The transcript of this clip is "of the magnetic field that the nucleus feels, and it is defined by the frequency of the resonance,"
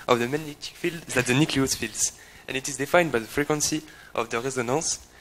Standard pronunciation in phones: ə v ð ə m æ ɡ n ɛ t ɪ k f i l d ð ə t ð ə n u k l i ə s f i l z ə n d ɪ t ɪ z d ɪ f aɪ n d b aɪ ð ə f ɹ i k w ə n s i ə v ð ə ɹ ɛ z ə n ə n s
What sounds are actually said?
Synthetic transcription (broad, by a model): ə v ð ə m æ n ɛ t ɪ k f i l d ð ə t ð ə n u k l i ə s f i l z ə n ɪ t ɪ z d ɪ f aɪ n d b aɪ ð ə f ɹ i k w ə n s i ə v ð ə ɹ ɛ z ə n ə s